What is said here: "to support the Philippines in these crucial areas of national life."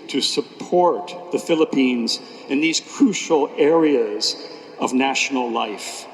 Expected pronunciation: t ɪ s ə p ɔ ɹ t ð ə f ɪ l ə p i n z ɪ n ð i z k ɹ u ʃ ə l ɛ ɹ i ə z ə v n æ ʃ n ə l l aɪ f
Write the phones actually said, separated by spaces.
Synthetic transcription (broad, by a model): t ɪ s ə p ɔ ɹ t ð ə f ɪ l ə p i n z ɪ n ð i z k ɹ u ʃ l ɛ ɹ i ə z ə v n æ ʃ n l l aɪ f